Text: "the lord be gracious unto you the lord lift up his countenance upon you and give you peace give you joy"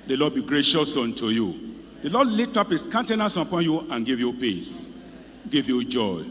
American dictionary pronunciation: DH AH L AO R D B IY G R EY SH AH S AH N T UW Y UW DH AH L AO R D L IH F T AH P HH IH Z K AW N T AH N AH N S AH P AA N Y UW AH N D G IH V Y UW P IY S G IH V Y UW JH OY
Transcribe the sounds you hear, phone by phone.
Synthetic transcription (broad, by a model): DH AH L AO D B IY G R EY SH AH S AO N T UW Y UW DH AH L AO D L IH T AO P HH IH S K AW N T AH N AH S AH P AA N Y UW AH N G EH V Y UW P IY S G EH V Y UW JH OY